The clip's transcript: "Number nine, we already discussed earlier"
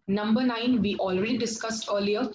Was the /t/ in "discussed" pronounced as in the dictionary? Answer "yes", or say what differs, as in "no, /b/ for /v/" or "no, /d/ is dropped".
yes